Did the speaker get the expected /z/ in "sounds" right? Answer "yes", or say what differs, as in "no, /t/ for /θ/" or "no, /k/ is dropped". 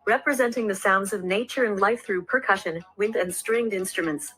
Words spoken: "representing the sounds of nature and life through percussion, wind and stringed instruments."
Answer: yes